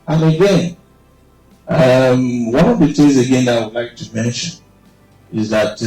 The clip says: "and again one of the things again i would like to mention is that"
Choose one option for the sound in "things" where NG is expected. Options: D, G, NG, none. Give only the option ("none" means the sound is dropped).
none